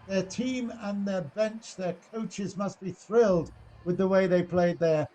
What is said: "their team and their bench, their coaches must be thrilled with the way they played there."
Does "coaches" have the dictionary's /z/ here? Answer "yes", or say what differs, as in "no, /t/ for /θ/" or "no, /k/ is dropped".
yes